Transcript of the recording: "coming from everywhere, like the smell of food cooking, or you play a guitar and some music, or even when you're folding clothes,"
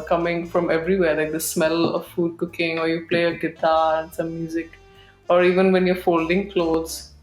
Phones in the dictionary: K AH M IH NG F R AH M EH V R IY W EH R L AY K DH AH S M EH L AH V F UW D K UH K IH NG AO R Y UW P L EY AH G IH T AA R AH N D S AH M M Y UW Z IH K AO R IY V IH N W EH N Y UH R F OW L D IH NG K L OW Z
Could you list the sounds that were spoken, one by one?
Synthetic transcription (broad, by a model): K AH M IH NG F R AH M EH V R IY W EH R L AY K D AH S M EH L AH V F UW D K UH K IH NG AO R Y UW P L EY AH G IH T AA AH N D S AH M M Y UW Z IH K AO R IY V IH N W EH N Y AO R F OW L D IH NG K L OW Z